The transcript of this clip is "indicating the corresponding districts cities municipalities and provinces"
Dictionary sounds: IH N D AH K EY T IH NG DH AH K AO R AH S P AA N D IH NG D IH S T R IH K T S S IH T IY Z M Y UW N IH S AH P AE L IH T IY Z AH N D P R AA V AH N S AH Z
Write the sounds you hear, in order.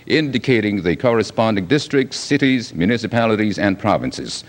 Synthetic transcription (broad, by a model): IH N D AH K EY T IH NG DH AH K AO R AH S P AA N D IH NG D IH S T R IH K T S S IH T IY Z M Y UW N IH S AH P AE L IH T IY Z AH N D P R AA V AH N S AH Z